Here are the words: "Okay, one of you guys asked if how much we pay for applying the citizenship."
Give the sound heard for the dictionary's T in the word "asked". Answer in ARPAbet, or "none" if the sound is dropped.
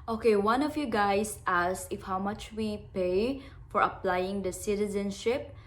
none